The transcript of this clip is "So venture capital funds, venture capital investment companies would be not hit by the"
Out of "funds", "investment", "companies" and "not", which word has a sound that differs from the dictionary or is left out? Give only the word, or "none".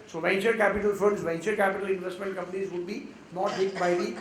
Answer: funds